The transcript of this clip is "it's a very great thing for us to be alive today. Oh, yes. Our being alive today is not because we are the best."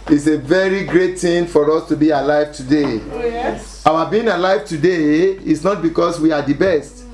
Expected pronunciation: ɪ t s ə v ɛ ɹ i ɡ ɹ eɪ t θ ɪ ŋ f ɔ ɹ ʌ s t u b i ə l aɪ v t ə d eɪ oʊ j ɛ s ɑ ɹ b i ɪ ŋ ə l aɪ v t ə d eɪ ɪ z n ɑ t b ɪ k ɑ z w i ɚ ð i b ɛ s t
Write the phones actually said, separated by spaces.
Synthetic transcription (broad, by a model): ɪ t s ə v ɛ ɹ i ɡ ɹ eɪ t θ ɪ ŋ f ɔ ɹ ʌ s t u b i ə l aɪ v t ə d eɪ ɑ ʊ ɑ b i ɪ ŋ ə l aɪ v t ə d eɪ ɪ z n ɑ t b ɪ k ɑ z w i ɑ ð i b ɛ s t